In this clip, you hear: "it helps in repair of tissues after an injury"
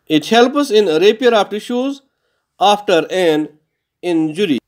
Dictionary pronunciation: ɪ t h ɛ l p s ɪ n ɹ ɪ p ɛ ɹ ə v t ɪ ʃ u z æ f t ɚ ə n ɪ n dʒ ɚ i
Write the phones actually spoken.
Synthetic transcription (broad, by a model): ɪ t h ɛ l p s ɪ n ɹ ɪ p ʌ ɹ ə p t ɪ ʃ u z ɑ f t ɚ ə n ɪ n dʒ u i